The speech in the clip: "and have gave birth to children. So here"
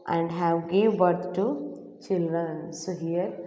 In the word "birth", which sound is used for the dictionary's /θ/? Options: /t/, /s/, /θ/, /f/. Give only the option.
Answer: /t/